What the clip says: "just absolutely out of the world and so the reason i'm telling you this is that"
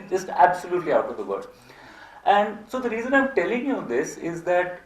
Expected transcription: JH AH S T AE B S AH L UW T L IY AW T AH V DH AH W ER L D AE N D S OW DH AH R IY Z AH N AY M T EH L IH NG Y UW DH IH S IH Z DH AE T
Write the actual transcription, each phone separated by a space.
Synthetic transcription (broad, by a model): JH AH S T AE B S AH L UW T L IY AW T AH V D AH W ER D AE N D S OW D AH R IY Z AH N AY M T EH L IH NG Y UW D IH S IH Z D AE T